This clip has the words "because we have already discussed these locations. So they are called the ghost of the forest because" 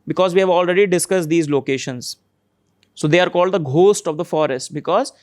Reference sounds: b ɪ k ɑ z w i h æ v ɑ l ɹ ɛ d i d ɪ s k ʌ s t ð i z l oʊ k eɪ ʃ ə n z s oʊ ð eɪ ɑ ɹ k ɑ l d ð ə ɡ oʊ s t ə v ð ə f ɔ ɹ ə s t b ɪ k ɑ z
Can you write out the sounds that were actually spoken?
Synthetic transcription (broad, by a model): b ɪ k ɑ z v i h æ v ɑ l ɹ ɛ d i d ɪ s k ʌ s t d i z l oʊ k eɪ ʃ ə n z s oʊ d eɪ ɑ ɹ k ɑ l d ə ɡ oʊ s t ə v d ə f ɔ ɹ ə s t b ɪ k ɑ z